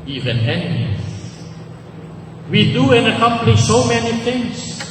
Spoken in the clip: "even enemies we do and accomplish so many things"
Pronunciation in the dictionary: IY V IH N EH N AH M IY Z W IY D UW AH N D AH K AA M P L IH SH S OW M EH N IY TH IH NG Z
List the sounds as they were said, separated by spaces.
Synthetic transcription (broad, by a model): IY V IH N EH N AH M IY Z W IY D UW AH N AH K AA M P N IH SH S OW M EH N IY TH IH NG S